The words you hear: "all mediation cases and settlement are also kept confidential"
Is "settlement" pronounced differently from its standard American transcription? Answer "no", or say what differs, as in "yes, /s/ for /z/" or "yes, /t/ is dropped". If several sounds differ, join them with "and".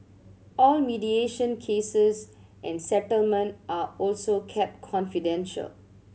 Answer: no